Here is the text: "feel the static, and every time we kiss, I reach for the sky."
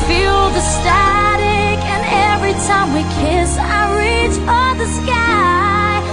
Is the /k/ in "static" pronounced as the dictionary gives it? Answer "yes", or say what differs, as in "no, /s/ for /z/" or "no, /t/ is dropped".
yes